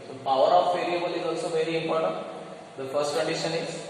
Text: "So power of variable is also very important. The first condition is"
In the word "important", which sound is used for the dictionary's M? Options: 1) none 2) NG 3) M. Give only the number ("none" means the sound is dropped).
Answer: 1